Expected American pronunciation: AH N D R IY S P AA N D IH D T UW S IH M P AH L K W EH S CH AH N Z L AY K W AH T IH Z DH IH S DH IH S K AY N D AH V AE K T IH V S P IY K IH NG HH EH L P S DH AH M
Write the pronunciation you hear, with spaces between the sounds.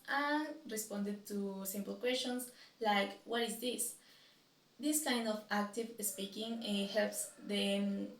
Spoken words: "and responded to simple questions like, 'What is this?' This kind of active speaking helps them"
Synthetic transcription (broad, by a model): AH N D R IY S P AA N D IH D T UW S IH M P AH L K W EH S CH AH N S L AY K W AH T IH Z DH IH S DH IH S K AY N D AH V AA K T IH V S P IY K IH NG HH EH L P S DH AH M